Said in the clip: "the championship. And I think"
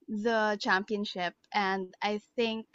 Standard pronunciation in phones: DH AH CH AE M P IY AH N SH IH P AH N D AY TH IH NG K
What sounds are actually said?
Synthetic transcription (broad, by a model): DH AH CH AE M P IY AH N SH IH P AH N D AY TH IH NG K